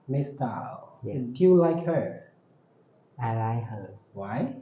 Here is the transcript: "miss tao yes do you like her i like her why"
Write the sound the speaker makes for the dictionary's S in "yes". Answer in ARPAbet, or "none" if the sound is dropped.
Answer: none